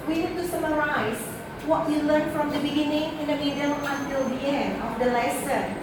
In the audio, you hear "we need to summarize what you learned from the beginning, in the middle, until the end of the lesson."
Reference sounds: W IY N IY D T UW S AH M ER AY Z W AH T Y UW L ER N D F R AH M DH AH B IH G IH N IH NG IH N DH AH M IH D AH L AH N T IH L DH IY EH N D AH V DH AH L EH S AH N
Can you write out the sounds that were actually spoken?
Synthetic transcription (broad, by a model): W IY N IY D T UW S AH M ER AY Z W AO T Y UW L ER N F R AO M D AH B IH G IH N IH NG IH N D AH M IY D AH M AH N T IH L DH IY EH N D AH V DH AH L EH S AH N